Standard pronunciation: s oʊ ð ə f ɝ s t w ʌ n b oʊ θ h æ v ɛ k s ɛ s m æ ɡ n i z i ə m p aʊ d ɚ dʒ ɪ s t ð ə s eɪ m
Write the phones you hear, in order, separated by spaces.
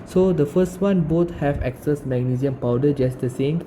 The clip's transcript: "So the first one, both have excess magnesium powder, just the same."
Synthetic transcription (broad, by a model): s oʊ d ə f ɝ s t w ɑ n b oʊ t h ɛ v ɛ k s ɛ s m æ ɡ n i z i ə m p aʊ d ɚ dʒ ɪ s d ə s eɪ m